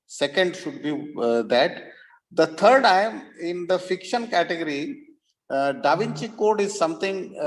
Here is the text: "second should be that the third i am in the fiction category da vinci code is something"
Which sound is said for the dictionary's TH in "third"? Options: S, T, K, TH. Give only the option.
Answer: T